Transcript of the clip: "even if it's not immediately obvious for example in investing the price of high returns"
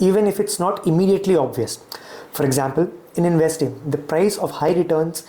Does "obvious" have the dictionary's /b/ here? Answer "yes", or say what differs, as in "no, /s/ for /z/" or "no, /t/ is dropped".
yes